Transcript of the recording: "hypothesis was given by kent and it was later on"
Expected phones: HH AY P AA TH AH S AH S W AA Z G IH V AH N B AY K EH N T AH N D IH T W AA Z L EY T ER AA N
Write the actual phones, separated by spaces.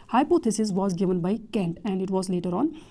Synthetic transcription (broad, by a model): HH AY P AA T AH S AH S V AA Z G IH V AH N B AY K EH N T AH N D IH T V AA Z L EY T ER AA N